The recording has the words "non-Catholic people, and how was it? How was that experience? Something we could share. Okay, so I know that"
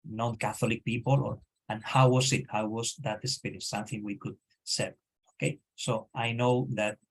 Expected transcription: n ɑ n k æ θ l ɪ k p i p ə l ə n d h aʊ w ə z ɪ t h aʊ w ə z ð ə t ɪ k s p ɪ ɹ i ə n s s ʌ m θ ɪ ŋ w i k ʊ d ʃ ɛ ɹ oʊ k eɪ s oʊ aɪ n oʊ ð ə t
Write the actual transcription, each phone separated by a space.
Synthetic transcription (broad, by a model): n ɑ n k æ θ l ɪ k p i p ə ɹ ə n h aʊ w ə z ɪ t h aʊ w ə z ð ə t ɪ s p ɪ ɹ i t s s ʌ m θ ɪ ŋ w i k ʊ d s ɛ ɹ oʊ k eɪ s oʊ aɪ n oʊ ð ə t